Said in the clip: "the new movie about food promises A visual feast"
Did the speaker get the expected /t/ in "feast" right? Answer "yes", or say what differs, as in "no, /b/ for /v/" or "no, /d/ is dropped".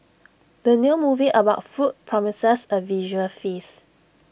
no, /t/ is dropped